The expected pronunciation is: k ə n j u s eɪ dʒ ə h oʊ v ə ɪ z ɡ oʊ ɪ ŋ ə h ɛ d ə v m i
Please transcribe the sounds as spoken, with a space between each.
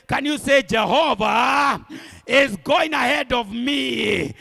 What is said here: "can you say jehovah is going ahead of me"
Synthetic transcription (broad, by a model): k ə n j u s eɪ dʒ ə h oʊ v ə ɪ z ɡ oʊ ɪ ŋ ə h ɛ d ə v m i